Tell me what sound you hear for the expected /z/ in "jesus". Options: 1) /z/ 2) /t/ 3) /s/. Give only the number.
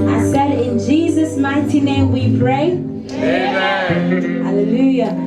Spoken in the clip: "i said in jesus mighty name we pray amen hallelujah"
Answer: 1